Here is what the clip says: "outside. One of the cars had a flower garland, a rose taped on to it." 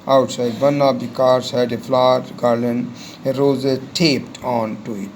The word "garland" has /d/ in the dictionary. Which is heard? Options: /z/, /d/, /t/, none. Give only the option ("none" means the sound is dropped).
none